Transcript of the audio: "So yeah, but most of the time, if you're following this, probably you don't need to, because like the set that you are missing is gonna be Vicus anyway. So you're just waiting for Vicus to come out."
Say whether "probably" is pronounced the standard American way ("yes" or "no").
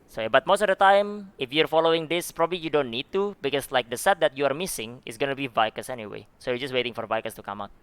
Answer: yes